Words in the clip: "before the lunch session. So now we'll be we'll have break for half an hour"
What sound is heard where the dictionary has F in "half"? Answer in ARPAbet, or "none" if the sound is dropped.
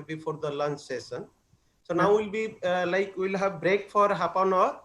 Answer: P